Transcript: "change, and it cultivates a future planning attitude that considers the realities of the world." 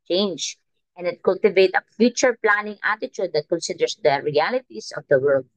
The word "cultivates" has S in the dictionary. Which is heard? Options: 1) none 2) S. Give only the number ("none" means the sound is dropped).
1